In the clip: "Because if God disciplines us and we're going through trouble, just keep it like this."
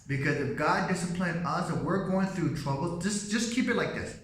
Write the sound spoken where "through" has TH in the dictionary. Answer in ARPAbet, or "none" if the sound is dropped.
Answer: TH